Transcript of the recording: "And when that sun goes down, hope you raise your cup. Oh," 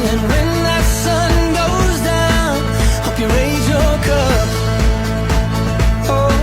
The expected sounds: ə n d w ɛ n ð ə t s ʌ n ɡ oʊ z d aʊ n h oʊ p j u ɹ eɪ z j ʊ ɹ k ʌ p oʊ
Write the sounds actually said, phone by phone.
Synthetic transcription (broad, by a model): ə n w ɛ n ð ə t s ʌ n ɡ oʊ z d aʊ n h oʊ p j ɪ ɹ eɪ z j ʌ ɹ k ʌ p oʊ